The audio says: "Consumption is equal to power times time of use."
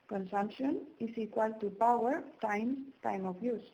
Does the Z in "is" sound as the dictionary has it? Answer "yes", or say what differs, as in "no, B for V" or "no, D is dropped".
no, S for Z